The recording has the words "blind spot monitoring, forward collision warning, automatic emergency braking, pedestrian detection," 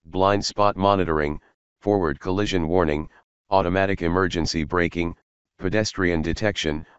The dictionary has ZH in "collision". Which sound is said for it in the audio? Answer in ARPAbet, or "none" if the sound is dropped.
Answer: ZH